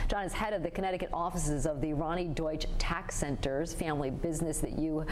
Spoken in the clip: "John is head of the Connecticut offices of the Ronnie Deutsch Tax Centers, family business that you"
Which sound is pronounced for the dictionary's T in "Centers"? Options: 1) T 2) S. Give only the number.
1